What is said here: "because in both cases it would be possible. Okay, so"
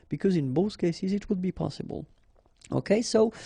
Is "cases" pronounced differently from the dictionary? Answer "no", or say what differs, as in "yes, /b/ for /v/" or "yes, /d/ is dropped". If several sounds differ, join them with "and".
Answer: no